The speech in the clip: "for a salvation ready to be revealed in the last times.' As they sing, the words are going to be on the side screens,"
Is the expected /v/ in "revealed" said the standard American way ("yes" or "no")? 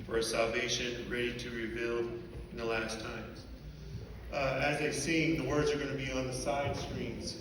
no